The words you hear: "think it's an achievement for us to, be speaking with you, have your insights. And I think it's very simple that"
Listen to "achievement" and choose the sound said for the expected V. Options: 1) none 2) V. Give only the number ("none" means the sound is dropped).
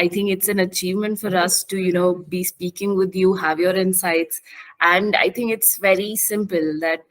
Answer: 2